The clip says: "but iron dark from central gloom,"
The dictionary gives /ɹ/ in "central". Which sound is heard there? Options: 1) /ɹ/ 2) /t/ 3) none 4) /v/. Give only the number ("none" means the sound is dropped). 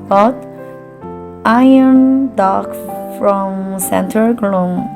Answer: 3